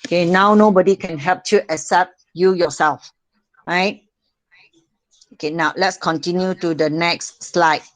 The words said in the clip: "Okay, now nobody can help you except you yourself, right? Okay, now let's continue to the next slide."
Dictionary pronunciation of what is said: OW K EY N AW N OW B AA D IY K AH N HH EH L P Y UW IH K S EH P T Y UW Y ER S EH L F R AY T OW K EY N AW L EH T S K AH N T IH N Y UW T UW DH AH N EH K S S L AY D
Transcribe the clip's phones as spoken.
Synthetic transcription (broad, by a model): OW K EY N AW N OW B AA D IY K AH N HH EH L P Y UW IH S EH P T Y UW Y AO S EH L F R AY T OW K EY N AW L EH T S K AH N T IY N Y UW T UW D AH N EH K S S L AY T